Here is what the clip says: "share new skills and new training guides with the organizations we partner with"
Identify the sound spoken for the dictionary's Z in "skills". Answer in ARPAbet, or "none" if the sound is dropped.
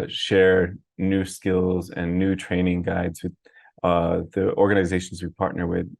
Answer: Z